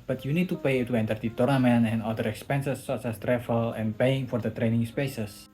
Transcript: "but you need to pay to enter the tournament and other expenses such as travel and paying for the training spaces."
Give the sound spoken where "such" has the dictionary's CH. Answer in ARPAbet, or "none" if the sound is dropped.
S